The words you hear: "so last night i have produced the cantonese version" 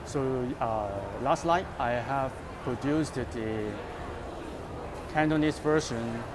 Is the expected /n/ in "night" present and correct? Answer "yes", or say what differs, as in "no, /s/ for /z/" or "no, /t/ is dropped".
no, /l/ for /n/